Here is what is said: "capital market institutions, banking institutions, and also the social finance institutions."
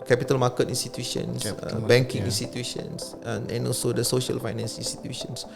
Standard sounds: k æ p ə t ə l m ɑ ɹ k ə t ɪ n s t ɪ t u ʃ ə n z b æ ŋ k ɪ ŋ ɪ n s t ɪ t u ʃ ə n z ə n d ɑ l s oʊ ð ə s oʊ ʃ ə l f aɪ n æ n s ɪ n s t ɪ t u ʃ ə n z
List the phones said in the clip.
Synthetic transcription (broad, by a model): k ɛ p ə t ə l m ɑ k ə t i n s t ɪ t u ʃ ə n s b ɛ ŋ k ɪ ŋ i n s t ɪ t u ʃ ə n s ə n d ɑ l s oʊ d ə s oʊ ʃ ə l f aɪ n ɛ n s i n s t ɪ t u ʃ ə n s